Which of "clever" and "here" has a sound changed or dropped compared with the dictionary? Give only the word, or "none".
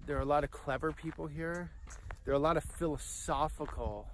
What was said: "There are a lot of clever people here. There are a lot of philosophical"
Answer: none